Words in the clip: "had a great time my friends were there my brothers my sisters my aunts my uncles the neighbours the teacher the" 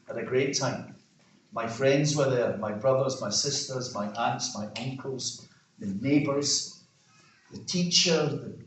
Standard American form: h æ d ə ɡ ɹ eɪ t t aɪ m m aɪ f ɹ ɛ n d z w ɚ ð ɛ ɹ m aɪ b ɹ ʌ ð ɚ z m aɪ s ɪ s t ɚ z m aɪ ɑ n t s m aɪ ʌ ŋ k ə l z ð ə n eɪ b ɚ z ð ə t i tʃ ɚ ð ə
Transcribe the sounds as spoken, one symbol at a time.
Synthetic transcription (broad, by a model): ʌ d ə ɡ ɹ eɪ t t aɪ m m aɪ f ɹ ɛ n d z w ɚ ð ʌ ɹ m aɪ b ɹ ʌ ð ɚ z m aɪ s ɪ s t ɚ z m aɪ ɑ n t s m aɪ ʌ ŋ k ə l z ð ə n eɪ b ɚ z ð ə t i tʃ ɚ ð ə